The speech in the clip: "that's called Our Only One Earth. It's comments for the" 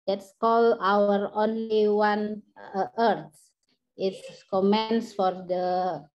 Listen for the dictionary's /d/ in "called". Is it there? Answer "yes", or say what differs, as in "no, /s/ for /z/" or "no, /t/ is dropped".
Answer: no, /d/ is dropped